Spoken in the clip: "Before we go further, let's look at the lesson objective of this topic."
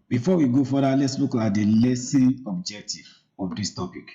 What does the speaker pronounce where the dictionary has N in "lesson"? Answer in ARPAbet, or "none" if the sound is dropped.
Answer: none